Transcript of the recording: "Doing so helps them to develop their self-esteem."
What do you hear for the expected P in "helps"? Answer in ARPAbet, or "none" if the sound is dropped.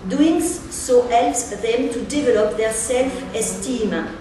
none